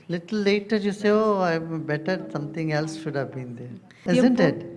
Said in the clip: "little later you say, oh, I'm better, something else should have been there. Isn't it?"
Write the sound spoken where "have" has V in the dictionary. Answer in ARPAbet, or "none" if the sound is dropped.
V